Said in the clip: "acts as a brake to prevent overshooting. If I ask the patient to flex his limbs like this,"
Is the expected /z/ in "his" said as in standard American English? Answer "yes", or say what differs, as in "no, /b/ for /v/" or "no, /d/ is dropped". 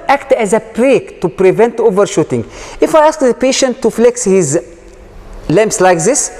yes